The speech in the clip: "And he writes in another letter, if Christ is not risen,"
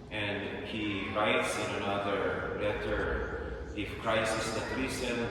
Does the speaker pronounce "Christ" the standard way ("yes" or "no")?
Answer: no